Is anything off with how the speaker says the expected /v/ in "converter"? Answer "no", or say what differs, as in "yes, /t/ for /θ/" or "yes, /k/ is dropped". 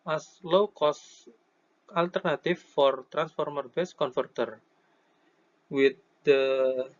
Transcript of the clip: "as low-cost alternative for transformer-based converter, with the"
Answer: yes, /f/ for /v/